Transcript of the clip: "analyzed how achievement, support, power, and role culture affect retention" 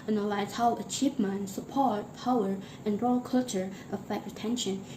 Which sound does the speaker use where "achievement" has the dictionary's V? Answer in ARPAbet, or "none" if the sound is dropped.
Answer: P